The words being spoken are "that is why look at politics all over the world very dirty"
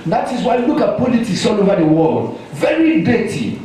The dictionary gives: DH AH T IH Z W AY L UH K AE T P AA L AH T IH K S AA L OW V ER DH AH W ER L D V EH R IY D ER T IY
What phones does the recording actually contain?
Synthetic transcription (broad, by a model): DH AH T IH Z W AY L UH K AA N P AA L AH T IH S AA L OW V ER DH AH W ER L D V EH R IY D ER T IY